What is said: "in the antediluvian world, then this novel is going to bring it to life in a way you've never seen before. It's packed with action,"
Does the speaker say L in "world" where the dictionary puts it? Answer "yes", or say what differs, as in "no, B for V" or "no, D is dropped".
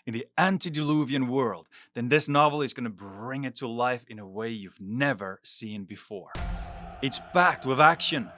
yes